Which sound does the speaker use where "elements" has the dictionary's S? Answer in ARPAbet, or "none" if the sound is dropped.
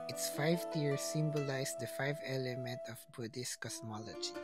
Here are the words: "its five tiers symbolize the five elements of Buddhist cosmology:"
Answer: none